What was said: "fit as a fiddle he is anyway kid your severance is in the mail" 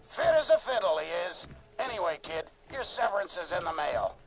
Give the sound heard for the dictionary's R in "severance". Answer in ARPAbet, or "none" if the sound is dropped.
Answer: R